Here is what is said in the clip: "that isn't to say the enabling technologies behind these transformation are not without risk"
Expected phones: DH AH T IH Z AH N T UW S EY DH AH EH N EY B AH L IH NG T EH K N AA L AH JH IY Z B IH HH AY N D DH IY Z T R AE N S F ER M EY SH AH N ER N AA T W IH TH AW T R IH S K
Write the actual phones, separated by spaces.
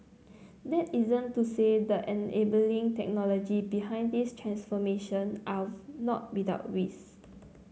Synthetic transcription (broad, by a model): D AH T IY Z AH N T UW S EY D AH EH N EY B AH L IH NG T EH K N AA L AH JH IY B IH HH AY N D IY S T R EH N S F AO M EY SH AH N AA N AA T W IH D AW T W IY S